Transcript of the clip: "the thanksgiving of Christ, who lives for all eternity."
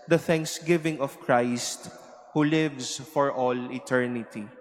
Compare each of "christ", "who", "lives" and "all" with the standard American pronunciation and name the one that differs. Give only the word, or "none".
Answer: lives